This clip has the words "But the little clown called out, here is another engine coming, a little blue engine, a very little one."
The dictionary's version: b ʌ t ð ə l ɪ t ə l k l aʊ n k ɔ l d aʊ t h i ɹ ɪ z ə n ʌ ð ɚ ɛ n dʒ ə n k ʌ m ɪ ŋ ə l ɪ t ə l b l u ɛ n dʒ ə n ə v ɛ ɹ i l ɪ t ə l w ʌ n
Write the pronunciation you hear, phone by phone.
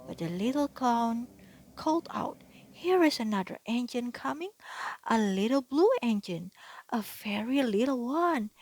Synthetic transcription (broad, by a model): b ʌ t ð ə l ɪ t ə l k aʊ n k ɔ l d aʊ t h i ɹ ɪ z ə n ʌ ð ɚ ɛ n dʒ ə n k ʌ m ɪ ŋ ə l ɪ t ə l b l u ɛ n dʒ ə n ə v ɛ ɹ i l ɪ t l w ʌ n